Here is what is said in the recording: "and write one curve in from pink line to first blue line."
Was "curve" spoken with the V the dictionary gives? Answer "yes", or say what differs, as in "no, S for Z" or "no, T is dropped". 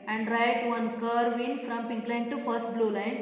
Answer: yes